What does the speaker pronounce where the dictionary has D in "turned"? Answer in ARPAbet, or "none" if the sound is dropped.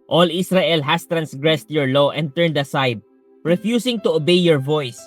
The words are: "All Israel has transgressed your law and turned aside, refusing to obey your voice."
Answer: D